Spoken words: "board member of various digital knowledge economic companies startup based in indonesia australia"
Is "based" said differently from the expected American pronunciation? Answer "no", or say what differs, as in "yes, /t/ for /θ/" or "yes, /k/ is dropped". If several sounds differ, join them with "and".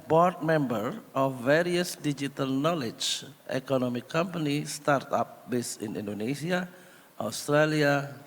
yes, /t/ is dropped